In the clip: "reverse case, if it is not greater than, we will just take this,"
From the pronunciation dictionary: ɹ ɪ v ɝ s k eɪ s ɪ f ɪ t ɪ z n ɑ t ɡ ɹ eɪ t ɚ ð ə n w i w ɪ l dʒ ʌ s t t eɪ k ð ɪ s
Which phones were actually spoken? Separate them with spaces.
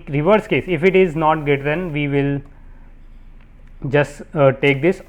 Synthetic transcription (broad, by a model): ɹ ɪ v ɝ s k eɪ s ɪ f ɪ t ɪ z n ɑ t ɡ eɪ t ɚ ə n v i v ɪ l dʒ ʌ s t t eɪ k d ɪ s